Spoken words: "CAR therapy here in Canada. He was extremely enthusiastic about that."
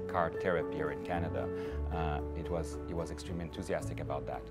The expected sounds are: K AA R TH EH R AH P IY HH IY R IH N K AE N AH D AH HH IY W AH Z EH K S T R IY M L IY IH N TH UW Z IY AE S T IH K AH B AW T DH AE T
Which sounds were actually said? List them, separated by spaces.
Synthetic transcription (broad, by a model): K AA R T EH R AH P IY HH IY R IH N K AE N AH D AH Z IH W AH Z EH K S T R IY M L IY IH N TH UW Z IY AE S T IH K AH B AW T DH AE T